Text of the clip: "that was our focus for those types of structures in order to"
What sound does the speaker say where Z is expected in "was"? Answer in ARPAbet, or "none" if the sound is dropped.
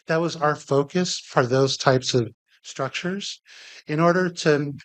Z